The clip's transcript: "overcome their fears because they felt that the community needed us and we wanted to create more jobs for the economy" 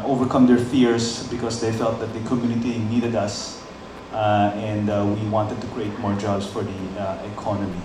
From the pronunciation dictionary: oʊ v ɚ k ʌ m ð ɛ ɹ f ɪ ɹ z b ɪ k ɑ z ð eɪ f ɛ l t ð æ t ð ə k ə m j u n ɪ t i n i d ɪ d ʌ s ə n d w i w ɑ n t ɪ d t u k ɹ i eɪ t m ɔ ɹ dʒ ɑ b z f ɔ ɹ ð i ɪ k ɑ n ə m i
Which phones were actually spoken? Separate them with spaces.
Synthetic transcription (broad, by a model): oʊ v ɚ k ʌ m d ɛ ɹ f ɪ ɹ s b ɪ k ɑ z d eɪ f ɛ l t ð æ t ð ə k ə m j u n ɪ t i n i d ɪ d ʌ s ə n d w i w ɑ n t ɪ d t u k ɹ i eɪ t m ɔ ɹ dʒ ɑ b s f ɔ ɹ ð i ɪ k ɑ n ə m i